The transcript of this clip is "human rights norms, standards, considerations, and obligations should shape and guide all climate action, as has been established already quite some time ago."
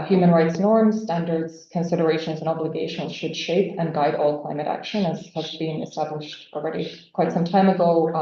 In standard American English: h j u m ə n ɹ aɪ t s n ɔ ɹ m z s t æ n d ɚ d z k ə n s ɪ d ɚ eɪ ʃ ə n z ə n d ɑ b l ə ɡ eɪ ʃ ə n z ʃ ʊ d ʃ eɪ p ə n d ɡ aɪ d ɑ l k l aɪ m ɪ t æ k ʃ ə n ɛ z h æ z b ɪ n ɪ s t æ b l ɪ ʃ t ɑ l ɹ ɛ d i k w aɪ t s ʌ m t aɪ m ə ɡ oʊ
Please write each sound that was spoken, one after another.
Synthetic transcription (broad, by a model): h j u m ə n ɹ aɪ t s n ɔ ɹ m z s t æ n d ɚ d z k ə n s ɪ d ɚ eɪ ʃ ə n z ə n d ɑ b l ə ɡ eɪ ʃ ə n z ʃ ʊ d ʃ eɪ p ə n ɡ aɪ d ɑ l k l aɪ m ɪ t æ k ʃ ə n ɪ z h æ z b ɪ n ɪ s t æ b l ɪ ʃ t ɑ l ɹ ɛ d i k w aɪ t s ʌ m t aɪ m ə ɡ oʊ